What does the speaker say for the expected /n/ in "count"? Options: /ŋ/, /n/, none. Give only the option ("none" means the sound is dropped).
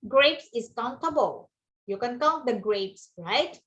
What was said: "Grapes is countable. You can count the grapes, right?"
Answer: none